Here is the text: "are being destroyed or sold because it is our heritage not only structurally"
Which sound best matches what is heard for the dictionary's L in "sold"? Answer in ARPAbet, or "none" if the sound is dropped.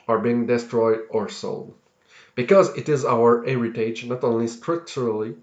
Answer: L